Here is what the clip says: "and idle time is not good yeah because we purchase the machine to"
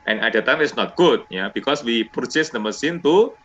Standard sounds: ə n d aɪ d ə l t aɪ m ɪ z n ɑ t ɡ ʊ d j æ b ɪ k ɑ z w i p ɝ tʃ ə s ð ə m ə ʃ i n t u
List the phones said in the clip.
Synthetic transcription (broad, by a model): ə n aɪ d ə t aɪ m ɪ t n ɑ t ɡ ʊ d j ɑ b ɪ k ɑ s w i p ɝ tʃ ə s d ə m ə s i n t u